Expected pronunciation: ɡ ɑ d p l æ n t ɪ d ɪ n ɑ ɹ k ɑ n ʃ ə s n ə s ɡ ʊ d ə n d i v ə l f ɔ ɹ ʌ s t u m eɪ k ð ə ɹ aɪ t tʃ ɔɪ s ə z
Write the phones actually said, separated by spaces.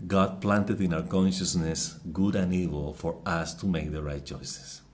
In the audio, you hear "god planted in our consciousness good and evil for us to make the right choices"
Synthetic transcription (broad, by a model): ɡ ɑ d p l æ n t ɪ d ɪ n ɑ w k ɑ n ʃ ə s n ə s ɡ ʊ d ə n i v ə l f ɔ ɹ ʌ s t u m eɪ k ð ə ɹ aɪ t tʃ ɔɪ s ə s